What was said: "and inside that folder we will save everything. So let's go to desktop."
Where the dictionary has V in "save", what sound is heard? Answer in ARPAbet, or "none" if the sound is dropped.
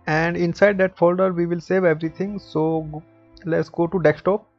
V